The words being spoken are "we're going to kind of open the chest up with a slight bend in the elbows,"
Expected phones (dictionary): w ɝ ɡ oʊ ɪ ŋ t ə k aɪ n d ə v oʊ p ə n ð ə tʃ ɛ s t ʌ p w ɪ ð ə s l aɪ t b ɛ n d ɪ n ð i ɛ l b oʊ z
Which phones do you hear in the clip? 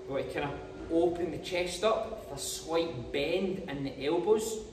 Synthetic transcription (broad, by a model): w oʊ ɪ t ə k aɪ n ə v oʊ p ə n ð ə tʃ ɛ s t ʌ p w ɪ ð ə s w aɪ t b ɛ n d ɪ n ð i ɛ l b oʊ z